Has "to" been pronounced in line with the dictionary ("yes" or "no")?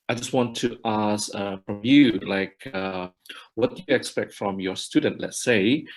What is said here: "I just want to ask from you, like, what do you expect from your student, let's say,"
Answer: yes